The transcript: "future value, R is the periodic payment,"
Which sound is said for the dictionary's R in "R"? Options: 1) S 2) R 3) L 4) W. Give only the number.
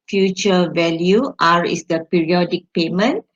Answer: 2